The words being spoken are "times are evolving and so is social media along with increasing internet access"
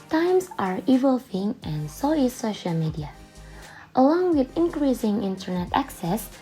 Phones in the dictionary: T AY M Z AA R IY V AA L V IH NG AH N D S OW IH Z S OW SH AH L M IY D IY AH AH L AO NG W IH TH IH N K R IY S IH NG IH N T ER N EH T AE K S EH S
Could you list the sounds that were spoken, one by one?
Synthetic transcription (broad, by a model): T AY M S AA R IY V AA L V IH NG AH N S OW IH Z S OW SH AH L M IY D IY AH AH L AO NG W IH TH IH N K R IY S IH NG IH N T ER N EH T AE K S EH S